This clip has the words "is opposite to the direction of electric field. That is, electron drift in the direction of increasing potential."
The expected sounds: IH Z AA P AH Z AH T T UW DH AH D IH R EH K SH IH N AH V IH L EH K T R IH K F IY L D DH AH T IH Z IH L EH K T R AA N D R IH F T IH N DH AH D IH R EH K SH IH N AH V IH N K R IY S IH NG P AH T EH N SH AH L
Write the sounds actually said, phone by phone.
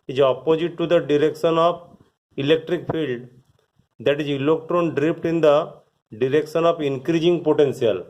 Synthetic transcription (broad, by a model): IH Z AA P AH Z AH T T UW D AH D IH R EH K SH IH N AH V IH L EH K T R IH K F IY L D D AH T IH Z IH L EH K T R AA N D R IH P T IH N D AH D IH R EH K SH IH N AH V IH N K R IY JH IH NG P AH T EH N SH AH L